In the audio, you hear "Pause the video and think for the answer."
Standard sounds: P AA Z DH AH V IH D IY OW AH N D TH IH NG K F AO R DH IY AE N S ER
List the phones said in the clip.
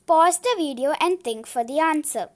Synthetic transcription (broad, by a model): P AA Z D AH V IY D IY OW AH N D T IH NG K F AO R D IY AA N S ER